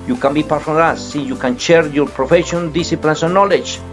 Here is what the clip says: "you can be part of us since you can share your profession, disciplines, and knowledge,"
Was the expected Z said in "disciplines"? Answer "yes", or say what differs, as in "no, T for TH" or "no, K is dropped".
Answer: no, S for Z